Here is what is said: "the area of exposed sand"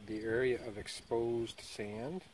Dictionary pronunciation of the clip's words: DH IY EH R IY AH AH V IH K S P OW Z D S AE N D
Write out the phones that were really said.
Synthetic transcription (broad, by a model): DH IY EH R IY AH AH V IH K S P OW Z D S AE N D